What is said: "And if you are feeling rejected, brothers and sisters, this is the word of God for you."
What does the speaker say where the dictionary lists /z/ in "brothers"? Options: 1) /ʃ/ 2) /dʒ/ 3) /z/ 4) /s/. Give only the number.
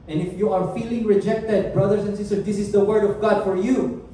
4